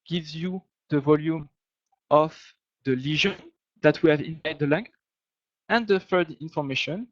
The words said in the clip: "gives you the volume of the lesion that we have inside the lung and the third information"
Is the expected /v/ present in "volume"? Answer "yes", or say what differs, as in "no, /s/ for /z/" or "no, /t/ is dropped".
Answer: yes